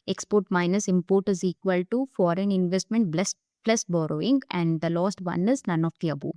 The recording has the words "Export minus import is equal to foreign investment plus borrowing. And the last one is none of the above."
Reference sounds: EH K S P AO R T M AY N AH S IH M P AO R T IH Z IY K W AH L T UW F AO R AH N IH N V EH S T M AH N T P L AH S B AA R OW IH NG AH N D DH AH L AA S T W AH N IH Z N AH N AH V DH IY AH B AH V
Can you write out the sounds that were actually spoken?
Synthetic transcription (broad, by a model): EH K S P AO R T M AY N AH S IH M P AO R T IH Z IY K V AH L T UW F AO R AH N IH N V EH S T M AH N T B L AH S B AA R OW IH NG AH N D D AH L AA S T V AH N IH Z N AH N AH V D IY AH B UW